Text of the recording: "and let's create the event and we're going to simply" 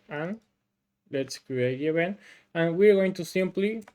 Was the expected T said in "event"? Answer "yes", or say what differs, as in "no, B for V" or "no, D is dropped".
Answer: no, T is dropped